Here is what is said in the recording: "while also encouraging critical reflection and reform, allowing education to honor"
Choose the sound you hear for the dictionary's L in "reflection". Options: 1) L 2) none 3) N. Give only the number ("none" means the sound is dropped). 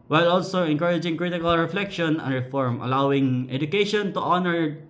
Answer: 1